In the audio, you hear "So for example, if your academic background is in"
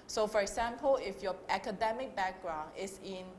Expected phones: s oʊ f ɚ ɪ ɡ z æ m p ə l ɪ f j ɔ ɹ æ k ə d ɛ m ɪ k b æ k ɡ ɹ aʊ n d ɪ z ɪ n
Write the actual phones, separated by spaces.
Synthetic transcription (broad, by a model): s oʊ f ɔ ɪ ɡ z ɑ m p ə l ɪ f j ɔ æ k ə d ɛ m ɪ k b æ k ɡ ɹ aʊ n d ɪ s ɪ n